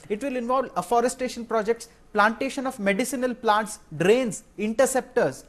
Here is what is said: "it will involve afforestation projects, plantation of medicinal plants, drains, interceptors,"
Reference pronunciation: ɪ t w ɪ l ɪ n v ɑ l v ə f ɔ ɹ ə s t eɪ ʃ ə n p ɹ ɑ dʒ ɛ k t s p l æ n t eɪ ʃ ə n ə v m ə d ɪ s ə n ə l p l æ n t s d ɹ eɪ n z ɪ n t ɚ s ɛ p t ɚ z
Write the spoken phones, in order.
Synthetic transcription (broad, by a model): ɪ t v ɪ l ɪ n v ɑ l v ə f ɔ ɹ ə s t eɪ ʃ ə n p ɹ ɑ dʒ ɛ k t s p l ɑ n t eɪ ʃ ə n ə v m ə d ɪ s ə n ə l p l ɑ n t s d ɹ eɪ n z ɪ n t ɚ s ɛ p t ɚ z